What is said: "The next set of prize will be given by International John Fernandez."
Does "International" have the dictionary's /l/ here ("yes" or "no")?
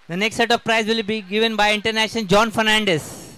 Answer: no